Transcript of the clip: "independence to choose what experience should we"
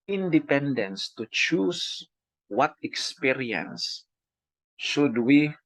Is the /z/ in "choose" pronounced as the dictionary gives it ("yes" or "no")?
no